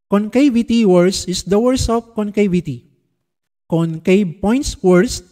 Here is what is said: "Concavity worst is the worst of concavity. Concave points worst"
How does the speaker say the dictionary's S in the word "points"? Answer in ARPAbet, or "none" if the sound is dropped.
S